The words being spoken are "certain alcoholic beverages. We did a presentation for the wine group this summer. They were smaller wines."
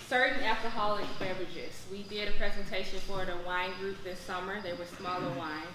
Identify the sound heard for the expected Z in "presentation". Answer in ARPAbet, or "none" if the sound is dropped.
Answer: Z